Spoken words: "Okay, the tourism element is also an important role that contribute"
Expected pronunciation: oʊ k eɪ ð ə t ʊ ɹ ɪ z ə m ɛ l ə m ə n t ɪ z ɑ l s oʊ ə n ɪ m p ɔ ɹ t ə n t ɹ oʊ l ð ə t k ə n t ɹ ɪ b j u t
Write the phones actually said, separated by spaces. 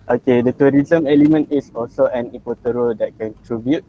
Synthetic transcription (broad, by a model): oʊ k eɪ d ə t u ɹ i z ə m ɛ l ə m ə n t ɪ s ɑ l s oʊ ə n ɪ p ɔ t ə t ɹ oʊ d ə t k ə n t ɹ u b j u t